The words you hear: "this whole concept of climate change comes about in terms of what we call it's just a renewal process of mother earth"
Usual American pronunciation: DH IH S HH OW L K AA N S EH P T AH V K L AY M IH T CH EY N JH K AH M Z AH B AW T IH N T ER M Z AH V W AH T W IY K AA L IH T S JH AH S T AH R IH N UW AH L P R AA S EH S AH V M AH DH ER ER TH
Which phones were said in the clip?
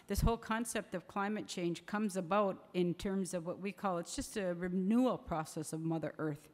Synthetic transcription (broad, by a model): DH IH S HH OW L K AA N S EH P T AH V K L AY M IH T CH EY N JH K AH M Z AH B AW T IH N T ER M Z AH V W AH T W IY K AA L IH T S JH AH S T AH R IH N UW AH L P R AA S EH S AH V M AH DH ER ER TH